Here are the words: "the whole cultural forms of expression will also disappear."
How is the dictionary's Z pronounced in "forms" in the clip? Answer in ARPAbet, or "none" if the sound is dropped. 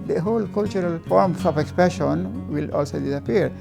S